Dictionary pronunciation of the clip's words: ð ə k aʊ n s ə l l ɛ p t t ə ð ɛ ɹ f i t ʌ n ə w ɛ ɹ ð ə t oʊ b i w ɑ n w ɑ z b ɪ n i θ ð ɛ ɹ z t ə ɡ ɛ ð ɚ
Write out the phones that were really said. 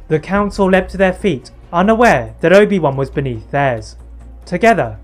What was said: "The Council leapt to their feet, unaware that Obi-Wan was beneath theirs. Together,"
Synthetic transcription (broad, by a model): ð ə k aʊ n s ə l l ɛ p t t ə ð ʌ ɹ f i t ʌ n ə w ɛ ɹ ð ə t oʊ b i w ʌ n w ɑ z b ɪ n i θ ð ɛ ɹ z t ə ɡ ɛ ð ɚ